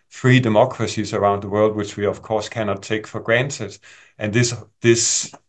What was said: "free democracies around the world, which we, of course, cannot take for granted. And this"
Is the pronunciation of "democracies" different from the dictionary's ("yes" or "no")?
no